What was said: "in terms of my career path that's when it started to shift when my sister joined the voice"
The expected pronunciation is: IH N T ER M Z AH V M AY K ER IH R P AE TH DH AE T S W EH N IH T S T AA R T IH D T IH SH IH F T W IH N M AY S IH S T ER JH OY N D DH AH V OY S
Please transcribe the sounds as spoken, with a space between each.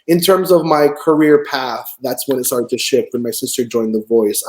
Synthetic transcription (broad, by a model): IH N T ER M Z AH V M AY K ER IH R P AE TH DH AE T S W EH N IH T S T AA R T IH D T IH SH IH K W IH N M AY S IH S T ER JH OY N DH AH V OY S